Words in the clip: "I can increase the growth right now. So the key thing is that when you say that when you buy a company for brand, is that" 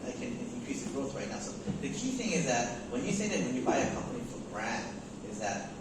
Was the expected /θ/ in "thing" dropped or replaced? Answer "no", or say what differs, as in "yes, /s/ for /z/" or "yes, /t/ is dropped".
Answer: no